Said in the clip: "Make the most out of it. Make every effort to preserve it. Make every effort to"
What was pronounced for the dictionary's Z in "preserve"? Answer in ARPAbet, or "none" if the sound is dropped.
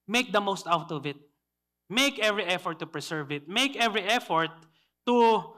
S